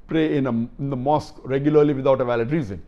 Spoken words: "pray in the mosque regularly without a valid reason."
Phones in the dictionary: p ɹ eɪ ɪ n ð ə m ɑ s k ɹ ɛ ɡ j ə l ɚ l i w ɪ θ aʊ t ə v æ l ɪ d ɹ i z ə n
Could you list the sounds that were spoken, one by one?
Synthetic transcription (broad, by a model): p ɹ eɪ ɪ n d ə m ɑ s k ɹ ɛ ɡ j ə l ɚ l i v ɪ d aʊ t ə v æ l ɪ d ɹ i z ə n